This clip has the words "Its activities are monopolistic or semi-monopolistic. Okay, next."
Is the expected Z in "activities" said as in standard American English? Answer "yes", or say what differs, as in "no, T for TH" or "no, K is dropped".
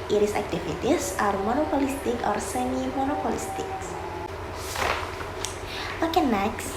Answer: no, S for Z